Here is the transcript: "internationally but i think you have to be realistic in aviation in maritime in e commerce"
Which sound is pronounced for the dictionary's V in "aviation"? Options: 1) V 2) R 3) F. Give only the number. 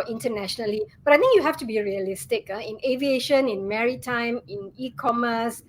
1